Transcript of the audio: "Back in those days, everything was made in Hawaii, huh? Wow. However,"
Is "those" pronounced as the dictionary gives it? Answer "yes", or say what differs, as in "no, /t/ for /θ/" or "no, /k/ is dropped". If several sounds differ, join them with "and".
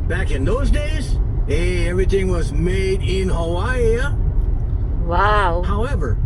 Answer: yes